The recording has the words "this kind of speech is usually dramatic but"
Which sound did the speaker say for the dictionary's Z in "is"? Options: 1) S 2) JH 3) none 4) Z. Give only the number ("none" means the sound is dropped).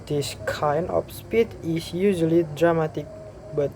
1